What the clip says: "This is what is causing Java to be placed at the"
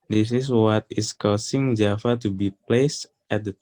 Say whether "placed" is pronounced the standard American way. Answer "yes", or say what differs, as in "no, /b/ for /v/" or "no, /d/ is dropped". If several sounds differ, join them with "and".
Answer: yes